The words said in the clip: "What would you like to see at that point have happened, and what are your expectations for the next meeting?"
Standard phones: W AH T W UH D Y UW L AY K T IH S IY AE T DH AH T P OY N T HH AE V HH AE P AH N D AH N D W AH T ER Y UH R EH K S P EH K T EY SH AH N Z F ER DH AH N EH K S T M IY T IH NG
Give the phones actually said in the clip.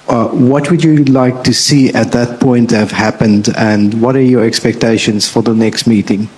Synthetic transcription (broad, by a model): W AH T W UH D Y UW L AY K T IH S IY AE T DH AH T P OY N T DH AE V HH AE P AH N D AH N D W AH T ER Y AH R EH K S P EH K T EY SH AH N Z F ER DH AH N EH K S T M IY T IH NG